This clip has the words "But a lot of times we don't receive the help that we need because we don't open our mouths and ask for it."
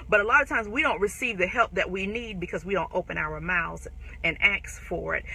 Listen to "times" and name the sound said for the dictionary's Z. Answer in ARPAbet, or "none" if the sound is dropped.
Z